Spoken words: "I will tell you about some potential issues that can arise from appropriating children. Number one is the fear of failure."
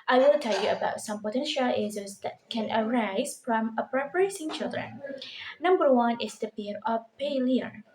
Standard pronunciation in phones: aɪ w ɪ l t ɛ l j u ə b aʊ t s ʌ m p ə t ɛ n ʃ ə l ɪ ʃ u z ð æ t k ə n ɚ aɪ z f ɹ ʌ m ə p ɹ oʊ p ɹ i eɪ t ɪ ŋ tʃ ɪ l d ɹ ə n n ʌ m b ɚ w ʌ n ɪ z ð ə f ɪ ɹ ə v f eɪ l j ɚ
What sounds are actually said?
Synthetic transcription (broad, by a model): aɪ w ɪ l t ɛ l j u ə b aʊ t s ʌ m p ə t ɛ n ʃ ə l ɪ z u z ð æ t k ə n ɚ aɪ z f ɹ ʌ m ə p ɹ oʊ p ɹ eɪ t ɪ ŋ tʃ ɪ l d ɹ ə n n ʌ m b ɚ w ʌ n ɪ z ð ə p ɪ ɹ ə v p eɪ l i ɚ